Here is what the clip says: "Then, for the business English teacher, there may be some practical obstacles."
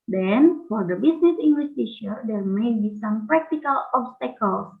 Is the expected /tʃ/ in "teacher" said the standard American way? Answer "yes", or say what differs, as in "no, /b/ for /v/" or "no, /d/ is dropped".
no, /ʃ/ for /tʃ/